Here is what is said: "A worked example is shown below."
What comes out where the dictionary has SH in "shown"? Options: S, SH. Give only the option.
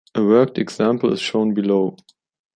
SH